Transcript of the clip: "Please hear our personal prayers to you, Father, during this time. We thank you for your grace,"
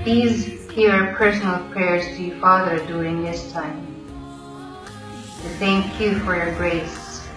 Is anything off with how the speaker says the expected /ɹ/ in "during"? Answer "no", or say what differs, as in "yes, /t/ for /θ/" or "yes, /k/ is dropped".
yes, /ɹ/ is dropped